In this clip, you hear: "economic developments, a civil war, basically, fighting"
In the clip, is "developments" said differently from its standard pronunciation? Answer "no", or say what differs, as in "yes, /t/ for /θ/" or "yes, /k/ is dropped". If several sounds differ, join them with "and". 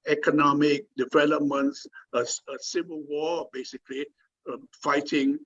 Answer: yes, /s/ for /t/